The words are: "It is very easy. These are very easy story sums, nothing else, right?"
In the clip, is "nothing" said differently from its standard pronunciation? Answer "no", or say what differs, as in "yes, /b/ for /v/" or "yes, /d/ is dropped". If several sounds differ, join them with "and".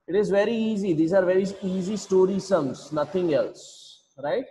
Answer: yes, /t/ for /θ/